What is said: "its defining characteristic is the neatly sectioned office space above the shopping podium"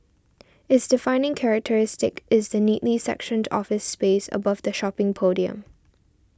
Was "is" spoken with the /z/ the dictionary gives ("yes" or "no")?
yes